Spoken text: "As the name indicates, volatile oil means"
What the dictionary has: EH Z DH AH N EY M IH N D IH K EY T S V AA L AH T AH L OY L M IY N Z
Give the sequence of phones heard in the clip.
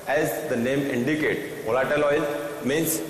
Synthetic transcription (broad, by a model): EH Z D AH N EY M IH N D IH K EY T V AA L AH T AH L OY L M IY N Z